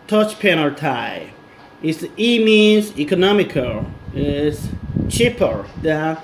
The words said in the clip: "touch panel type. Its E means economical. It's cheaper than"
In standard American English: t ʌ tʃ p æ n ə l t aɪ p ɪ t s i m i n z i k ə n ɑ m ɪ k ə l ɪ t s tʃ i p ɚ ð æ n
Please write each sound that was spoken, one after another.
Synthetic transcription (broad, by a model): t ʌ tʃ p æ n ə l t aɪ ɪ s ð i m i n z i k ə n ɑ m ɪ k ə l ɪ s tʃ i p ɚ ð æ